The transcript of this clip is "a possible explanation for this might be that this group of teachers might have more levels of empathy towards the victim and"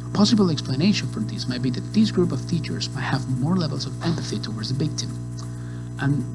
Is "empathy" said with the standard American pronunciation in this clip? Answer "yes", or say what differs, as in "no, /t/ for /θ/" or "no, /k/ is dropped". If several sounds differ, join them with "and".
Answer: yes